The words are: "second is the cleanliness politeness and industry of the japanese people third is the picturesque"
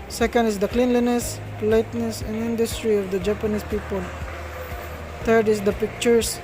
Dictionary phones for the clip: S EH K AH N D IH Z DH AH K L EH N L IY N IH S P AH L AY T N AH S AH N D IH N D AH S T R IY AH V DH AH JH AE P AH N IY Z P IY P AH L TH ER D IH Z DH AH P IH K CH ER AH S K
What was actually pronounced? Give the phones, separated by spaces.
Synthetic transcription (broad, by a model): S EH K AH N D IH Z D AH K L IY N L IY N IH S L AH IH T N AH S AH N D IH N D AH S T R IY AH V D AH JH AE P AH N IY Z P IY P AH L T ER D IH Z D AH P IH K CH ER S